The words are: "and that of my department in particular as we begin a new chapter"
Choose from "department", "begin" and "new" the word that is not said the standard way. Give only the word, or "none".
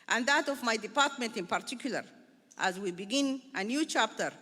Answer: none